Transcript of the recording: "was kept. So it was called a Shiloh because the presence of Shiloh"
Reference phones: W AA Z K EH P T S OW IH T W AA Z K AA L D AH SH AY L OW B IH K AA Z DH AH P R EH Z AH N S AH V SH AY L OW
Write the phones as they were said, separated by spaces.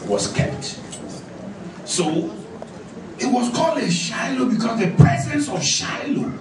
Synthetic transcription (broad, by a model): W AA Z K EH P T S OW IH T W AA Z K AA L D AH SH AY L OW B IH K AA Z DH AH P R EH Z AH N S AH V SH AY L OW